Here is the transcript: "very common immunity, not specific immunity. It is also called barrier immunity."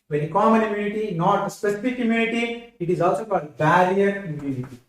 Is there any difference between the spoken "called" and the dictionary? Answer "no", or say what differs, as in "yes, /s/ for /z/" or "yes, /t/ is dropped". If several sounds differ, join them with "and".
yes, /l/ is dropped